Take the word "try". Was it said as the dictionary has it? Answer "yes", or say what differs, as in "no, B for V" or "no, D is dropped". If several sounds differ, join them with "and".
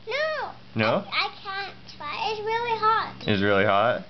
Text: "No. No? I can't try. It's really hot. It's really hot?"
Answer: no, R is dropped